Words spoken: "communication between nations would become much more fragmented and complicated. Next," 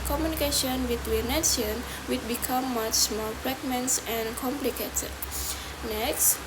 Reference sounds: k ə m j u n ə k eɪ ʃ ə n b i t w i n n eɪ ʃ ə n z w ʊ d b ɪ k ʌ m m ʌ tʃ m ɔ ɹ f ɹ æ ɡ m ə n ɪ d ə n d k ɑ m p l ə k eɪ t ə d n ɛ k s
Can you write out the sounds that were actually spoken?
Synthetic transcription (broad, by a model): k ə m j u n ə k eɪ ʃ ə n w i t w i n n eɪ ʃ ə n w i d b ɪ k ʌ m m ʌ tʃ m ɔ l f ɹ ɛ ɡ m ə n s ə n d k ɑ m p l ə k eɪ t ə d n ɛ k s